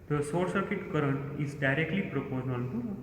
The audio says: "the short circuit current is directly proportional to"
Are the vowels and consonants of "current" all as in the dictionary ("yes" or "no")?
yes